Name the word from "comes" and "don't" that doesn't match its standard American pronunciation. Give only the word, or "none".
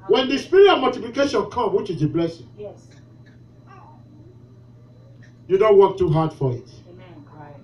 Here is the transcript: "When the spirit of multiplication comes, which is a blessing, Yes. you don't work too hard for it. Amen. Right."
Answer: comes